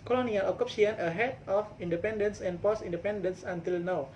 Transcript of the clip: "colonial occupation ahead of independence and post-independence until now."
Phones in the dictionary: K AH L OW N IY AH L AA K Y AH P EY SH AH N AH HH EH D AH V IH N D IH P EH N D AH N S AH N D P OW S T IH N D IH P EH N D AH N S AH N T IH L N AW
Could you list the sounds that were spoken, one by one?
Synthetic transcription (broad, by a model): K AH L OW N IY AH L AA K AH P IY AH N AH HH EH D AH F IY N D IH P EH N D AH N S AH N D P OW S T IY N D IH P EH N D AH N S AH N T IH L N AW